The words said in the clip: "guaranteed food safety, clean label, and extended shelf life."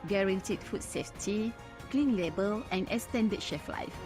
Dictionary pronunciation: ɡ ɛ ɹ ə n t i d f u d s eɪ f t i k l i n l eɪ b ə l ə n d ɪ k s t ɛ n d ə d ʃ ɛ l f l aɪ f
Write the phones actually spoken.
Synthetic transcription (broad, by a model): ɡ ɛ ɹ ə n t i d f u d s eɪ f t i k l i n l eɪ b ə l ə n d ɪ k s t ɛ n d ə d ʃ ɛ f l aɪ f